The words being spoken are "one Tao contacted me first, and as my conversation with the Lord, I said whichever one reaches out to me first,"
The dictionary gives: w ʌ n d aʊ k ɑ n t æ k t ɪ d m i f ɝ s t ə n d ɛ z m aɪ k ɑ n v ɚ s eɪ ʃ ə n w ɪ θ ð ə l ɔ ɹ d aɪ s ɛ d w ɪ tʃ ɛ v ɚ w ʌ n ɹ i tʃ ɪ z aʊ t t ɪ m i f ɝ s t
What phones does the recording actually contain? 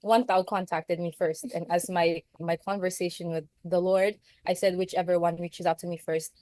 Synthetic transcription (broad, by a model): w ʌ n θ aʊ k ɑ n t æ k t ɪ d m i f ɝ s t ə n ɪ z m aɪ k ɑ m v ɚ s eɪ ʃ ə n w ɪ ð ə l ɔ ɹ d aɪ s ɛ d w ɪ tʃ ɛ v ɚ w ʌ n ɹ i tʃ ɪ z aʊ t t ɪ m i f ɝ s t